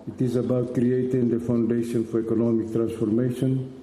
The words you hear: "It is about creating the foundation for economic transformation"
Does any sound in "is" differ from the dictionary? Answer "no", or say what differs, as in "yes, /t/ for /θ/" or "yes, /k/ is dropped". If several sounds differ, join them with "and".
no